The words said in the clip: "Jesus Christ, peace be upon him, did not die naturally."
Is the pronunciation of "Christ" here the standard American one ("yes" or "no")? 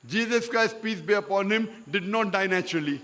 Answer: yes